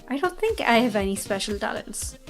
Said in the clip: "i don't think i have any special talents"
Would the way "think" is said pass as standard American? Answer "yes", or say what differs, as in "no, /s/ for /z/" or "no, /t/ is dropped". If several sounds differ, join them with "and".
yes